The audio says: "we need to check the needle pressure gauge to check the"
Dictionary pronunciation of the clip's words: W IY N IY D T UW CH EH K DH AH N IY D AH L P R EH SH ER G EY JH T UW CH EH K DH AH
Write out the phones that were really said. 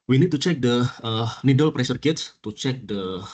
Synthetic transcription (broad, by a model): W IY N IY D T UW CH EH K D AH N IY D AH L P R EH S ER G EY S T UW CH EH K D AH